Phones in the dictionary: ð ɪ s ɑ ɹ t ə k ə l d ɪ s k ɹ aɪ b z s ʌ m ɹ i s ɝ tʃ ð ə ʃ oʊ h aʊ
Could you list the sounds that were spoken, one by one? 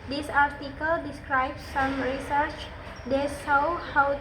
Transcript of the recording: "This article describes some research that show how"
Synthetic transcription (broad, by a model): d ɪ s ɑ ɹ t ə k ə l d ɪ s k ɹ aɪ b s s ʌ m ɹ i s ɝ tʃ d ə s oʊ h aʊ